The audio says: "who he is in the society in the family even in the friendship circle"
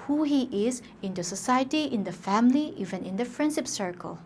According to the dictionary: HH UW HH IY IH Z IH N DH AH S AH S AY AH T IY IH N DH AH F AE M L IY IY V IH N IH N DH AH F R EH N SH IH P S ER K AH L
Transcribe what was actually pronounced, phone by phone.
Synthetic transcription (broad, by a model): HH UW HH IY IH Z IH N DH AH S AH S AY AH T IY IH N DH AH F AE M L IY IY V IH N IH N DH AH P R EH N S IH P S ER K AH L